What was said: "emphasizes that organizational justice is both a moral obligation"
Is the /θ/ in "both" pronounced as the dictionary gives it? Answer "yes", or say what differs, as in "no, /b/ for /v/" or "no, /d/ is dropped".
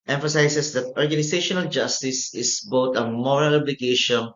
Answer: no, /t/ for /θ/